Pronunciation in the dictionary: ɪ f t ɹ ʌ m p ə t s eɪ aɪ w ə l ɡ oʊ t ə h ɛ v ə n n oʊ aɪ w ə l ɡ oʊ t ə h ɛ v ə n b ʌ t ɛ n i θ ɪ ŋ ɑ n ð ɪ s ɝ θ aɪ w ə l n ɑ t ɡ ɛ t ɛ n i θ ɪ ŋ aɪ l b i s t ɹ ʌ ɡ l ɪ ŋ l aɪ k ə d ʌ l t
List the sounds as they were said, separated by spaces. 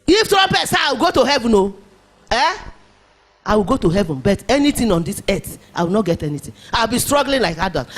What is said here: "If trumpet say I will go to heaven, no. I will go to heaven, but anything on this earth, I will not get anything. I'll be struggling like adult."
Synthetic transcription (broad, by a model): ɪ f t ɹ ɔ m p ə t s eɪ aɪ w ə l ɡ oʊ t ə h ɛ v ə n n oʊ aɪ w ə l ɡ oʊ t ə h ɛ v ə n b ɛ t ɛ n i t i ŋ ɑ n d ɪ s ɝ t aɪ w ə l n ɑ t ɡ ɛ t ɛ n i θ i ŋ aɪ w b i s t ɹ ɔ ɡ l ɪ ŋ l aɪ k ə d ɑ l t